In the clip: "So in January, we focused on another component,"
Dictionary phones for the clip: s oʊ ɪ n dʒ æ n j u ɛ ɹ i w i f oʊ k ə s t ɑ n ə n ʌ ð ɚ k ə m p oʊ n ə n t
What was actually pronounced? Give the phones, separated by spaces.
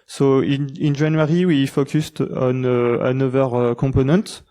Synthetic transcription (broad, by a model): s oʊ ɪ n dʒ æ n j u ɹ i w i f oʊ k ə s t ɑ n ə n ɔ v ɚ k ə p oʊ n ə n t